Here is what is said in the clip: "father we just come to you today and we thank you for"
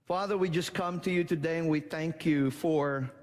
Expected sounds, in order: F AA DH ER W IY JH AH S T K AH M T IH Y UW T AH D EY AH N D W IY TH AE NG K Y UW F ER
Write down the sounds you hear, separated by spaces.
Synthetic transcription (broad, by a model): F AA DH ER W IY JH AH S K AH M T IH Y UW T AH D EY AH N W IY TH AE NG K Y UW F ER